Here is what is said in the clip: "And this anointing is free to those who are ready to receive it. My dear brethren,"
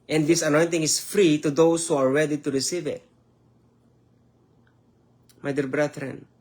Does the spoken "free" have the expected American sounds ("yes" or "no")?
yes